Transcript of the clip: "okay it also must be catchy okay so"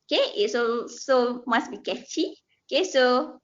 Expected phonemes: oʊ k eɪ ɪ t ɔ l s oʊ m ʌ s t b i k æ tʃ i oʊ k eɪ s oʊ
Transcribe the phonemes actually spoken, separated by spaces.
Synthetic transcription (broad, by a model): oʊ k eɪ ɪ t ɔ s oʊ m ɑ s b i k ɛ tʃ i oʊ k eɪ s oʊ